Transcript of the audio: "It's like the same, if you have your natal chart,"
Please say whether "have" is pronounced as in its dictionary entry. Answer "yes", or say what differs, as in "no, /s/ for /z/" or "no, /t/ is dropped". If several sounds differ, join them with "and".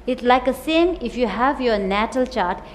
yes